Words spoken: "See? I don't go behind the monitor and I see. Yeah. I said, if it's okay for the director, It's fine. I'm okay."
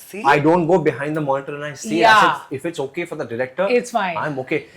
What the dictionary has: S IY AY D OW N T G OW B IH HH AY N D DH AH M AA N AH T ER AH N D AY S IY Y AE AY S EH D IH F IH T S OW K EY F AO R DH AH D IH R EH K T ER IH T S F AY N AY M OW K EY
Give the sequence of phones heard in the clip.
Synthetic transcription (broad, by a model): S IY AY D OW N T G OW B IH HH AY N D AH M AA N AH T ER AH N AY S IY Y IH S IH F IH T S OW K EY F AO R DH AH D IH R EH K T ER IH T S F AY AY M OW K EY